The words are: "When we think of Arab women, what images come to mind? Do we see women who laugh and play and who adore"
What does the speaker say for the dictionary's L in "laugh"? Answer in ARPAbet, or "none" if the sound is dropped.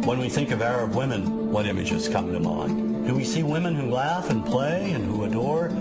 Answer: L